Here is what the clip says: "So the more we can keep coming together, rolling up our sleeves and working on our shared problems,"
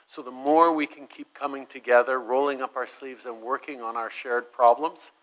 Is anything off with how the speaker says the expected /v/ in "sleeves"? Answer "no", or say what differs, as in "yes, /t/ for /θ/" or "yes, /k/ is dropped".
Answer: no